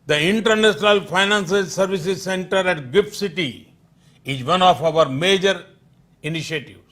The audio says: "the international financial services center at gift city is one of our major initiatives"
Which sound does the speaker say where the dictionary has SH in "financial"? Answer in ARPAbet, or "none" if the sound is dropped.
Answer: S